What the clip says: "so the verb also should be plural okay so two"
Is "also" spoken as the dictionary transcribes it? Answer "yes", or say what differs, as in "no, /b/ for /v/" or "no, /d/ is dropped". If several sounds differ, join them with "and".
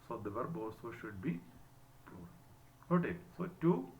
no, /l/ is dropped